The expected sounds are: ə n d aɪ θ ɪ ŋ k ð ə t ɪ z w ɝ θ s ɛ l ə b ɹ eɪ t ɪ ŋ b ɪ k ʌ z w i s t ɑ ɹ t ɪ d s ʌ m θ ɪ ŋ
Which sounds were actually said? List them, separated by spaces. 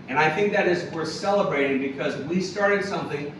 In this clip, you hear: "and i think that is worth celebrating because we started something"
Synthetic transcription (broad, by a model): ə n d aɪ θ ɪ ŋ k ð ə t ɪ z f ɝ s ɛ l ə b ɹ eɪ t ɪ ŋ b ɪ k ʌ z w i s t ɑ ɹ t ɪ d s ʌ m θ ɪ ŋ